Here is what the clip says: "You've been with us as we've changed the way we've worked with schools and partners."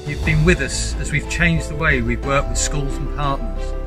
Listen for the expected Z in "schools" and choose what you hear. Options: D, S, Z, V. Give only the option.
Z